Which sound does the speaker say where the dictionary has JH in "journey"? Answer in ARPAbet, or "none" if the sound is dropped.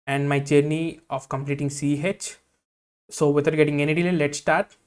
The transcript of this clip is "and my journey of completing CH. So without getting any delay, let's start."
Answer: CH